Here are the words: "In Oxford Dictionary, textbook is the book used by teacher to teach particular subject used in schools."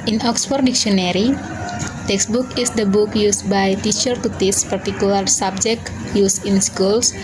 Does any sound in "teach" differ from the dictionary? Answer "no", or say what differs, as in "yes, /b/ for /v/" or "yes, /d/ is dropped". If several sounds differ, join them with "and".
yes, /s/ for /tʃ/